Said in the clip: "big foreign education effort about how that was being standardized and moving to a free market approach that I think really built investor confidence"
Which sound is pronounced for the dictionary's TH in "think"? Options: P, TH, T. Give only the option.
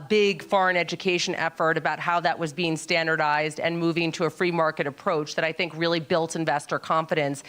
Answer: TH